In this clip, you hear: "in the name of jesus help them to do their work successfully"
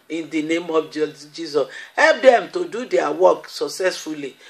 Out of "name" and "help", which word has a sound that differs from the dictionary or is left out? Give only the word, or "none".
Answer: none